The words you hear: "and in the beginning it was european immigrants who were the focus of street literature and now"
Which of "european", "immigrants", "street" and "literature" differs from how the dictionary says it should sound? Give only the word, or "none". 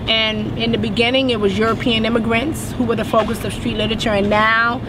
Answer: none